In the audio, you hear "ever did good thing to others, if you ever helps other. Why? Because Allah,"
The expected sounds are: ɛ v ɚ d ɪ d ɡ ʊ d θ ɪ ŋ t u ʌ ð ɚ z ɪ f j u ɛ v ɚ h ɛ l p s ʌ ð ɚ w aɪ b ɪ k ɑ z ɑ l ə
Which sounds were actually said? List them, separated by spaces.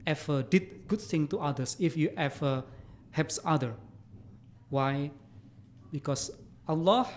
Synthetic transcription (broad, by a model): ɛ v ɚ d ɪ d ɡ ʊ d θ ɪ ŋ t u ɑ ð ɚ s ɪ f j u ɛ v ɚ h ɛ p s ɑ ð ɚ w aɪ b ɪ k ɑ s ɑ l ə